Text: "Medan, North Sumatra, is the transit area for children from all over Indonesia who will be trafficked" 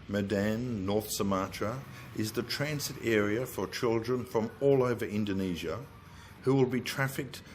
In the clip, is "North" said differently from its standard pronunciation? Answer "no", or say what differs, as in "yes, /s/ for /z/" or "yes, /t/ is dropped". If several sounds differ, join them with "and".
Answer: no